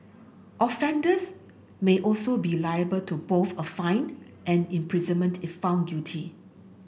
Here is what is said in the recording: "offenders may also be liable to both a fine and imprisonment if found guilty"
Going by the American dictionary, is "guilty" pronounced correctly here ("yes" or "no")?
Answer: no